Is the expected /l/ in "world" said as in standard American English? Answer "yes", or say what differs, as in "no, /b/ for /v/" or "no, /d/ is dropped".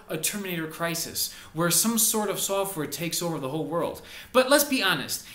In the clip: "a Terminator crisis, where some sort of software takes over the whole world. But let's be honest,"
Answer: yes